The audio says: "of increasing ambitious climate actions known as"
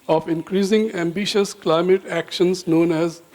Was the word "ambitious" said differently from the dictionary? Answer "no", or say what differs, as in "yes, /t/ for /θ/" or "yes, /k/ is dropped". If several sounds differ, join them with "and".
no